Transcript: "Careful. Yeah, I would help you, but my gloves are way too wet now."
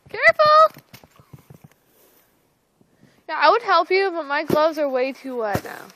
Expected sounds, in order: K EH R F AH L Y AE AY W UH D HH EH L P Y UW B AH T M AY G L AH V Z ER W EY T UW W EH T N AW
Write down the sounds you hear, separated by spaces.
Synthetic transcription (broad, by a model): K EH R F L Y AE AY W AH D HH EH L P Y UW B AH T M AY G L AH V Z ER W EY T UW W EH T N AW